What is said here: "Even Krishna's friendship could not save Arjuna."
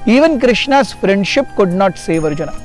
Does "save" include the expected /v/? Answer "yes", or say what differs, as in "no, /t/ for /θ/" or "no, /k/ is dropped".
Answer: yes